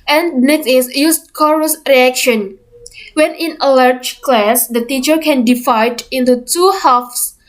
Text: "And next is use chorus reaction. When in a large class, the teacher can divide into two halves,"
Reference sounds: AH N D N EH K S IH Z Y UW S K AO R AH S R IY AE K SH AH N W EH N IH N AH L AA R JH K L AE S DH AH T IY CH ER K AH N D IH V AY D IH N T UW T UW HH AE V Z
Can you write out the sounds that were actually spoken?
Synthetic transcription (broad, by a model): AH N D N EH K S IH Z Y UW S K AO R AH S R IY AE K SH AH N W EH N IH N AH L AA R JH K L AE S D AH T IY CH ER K AH N D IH F AY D IH N T UW T UW HH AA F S